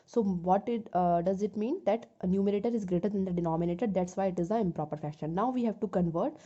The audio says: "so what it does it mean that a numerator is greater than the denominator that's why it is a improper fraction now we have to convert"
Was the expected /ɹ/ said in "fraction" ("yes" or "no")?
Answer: no